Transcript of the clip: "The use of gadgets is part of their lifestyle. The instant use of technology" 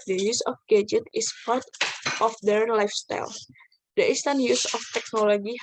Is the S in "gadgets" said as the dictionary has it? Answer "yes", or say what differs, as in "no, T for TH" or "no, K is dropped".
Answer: no, S is dropped